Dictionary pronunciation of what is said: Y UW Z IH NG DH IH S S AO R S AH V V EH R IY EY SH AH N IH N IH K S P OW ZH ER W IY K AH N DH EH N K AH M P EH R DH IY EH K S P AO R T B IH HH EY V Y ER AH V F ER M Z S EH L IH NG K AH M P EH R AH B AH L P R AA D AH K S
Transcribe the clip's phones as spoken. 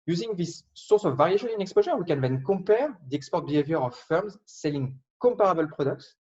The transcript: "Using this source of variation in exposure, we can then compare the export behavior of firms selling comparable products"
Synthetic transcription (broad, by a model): Y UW Z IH NG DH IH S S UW R S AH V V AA R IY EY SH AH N IH N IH K S P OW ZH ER W IY K AH N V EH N K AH P EH R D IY EH K S P AO R T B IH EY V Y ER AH F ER M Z S EH L IH NG K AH P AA R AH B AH L P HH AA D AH K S